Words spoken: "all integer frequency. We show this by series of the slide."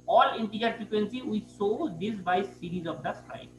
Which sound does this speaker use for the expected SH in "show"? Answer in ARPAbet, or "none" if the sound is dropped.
S